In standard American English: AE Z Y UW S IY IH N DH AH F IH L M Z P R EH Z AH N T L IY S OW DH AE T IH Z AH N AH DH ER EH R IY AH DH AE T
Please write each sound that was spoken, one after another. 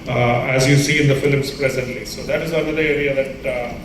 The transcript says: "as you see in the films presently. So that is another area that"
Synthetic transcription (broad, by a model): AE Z Y UW S IY IH N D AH F IH L M S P R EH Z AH N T L IY S OW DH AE T IH Z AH L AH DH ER EH R IY AH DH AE T